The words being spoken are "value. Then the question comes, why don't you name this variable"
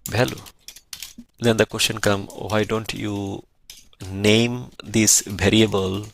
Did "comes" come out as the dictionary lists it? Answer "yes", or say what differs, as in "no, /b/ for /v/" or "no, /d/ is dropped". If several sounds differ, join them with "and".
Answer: no, /z/ is dropped